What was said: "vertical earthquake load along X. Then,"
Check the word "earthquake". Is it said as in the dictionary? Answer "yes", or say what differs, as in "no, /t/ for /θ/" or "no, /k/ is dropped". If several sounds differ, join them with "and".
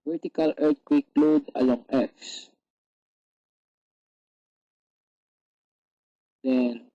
no, /t/ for /θ/